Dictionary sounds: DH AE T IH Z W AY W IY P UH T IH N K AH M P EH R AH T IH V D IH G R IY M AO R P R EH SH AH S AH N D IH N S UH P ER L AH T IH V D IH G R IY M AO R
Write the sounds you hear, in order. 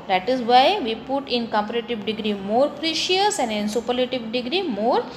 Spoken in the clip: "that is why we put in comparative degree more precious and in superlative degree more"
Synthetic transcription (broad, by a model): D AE T IH Z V AY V IY P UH T IH N K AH M P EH R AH T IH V D IH G R IY M AO R P R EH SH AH S AH N D IH N S UH P ER L AH T IH V D IH G R IY M AO R